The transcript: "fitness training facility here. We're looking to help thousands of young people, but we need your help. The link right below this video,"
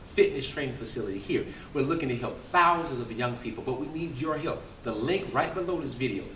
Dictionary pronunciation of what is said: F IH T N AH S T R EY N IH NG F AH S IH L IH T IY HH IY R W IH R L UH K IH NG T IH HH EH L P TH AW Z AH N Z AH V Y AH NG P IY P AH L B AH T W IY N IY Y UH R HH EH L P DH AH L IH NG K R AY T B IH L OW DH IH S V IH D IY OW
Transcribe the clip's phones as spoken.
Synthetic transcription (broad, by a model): F IH T N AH S T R EY IH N F AH S IH L IH T IY HH IY R W IH R L UH K IH NG T IH HH EH L P TH AW Z AH N Z AH V Y AH NG P IY P L B AH T W IY N IY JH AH R HH EH L P DH AH L IH NG K R AY T B IH L OW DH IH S V IH D IY OW